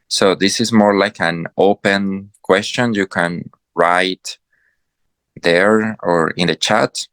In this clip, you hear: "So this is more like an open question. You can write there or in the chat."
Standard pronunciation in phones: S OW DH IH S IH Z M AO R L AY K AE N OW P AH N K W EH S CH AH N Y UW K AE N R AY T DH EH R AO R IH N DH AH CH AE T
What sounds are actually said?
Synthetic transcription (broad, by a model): S OW DH IH S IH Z M AO R L AY K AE N OW P AH N K W EH S CH AH N Y UW K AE N R AY T DH EH R AO R IH N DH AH CH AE T